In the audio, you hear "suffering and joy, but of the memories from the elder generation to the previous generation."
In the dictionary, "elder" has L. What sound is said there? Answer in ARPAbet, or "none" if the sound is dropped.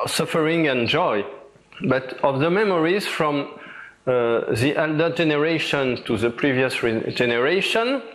L